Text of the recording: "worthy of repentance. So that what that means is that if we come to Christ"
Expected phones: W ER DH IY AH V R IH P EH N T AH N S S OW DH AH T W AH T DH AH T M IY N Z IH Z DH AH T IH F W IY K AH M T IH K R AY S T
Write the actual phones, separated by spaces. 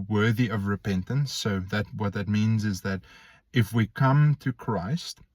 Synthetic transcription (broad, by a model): W ER DH IY AH V R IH P EH N T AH N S S OW DH AH T W AH T DH AH T M IY N Z IH Z DH AH T IH F W IY K AH M T IH K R AY S T